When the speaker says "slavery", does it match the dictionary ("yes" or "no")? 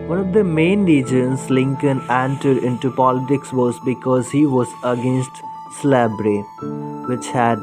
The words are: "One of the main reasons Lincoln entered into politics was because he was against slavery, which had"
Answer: no